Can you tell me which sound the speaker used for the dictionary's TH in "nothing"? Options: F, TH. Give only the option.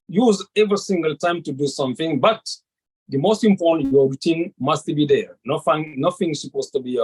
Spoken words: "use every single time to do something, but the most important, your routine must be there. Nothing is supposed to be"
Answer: F